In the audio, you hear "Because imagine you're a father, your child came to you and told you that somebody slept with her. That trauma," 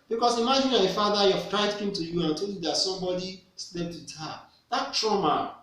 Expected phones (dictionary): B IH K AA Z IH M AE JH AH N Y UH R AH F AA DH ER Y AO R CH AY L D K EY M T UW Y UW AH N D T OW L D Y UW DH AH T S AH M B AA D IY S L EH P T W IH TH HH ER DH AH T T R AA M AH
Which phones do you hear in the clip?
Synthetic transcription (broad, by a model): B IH K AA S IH M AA JH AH N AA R AH F AA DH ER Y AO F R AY D K EY M T UW Y UW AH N T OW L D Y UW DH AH T S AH M B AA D IY S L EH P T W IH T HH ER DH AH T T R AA M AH